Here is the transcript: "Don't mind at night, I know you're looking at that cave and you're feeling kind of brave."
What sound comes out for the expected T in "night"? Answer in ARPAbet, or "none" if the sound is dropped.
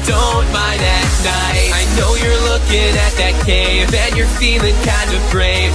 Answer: none